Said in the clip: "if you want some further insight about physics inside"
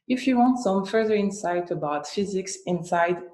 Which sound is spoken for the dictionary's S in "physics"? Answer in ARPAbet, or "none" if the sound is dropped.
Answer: S